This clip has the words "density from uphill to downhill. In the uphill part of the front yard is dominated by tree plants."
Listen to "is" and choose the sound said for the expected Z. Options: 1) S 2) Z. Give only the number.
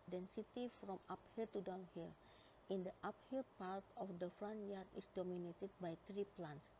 1